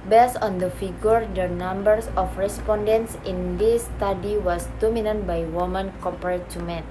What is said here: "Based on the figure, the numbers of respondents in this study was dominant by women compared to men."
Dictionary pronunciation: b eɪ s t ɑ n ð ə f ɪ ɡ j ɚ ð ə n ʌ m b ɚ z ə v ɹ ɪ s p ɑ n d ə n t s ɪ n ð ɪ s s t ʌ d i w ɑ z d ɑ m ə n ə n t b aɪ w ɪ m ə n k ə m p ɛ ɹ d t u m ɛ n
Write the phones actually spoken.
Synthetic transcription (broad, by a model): b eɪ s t ɑ n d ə f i ɡ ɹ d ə n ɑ m b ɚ s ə f ɹ ɪ s p ɑ n d ə n t s ɪ n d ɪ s s t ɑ d i w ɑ s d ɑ m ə n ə n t b aɪ w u m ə n k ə p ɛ ɹ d t u m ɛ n